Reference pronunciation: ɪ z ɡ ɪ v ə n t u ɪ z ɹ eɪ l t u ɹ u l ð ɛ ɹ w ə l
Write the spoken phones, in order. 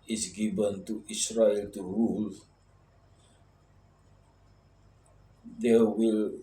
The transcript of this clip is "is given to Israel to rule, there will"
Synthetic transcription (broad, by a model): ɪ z ɡ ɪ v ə n t u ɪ s ɹ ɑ l t u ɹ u l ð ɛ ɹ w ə l